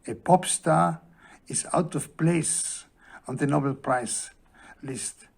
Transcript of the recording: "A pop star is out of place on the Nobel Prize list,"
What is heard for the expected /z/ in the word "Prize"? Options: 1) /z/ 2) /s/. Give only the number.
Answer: 2